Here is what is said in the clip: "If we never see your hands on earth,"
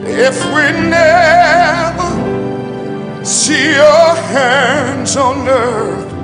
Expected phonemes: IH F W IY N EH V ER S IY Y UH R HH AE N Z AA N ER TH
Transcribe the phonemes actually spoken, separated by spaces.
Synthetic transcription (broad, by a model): IH F W IY N EH V ER S IY Y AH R HH AE N Z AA N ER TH